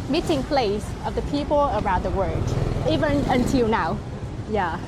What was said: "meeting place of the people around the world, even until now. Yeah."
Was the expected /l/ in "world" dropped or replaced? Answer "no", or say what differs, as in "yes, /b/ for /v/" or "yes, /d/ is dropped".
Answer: yes, /l/ is dropped